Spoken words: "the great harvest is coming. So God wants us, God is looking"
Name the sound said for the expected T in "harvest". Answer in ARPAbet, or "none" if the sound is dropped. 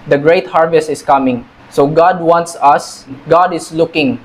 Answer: T